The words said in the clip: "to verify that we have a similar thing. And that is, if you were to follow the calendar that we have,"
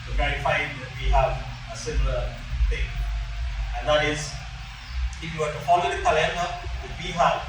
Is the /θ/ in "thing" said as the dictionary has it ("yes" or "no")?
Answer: no